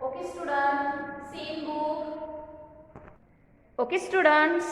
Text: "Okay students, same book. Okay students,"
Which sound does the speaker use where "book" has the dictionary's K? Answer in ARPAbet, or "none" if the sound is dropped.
none